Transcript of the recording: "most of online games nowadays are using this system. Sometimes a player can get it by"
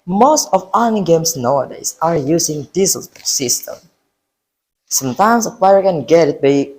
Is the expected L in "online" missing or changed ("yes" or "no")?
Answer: yes